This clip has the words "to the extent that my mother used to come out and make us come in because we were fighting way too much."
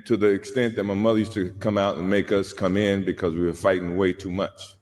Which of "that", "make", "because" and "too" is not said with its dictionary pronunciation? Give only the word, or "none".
none